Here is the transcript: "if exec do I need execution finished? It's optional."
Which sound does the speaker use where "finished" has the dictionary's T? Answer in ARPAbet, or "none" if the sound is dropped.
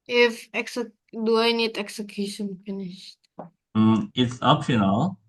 T